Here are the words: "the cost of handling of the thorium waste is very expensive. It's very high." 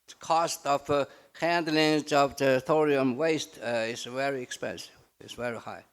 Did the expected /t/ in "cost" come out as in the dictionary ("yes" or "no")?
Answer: yes